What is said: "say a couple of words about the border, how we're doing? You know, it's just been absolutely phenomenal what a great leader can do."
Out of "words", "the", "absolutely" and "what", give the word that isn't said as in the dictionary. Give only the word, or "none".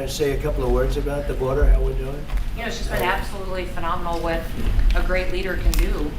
none